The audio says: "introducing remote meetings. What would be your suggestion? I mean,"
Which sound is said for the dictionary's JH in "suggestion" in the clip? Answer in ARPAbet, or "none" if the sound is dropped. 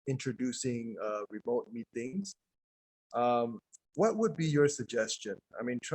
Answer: JH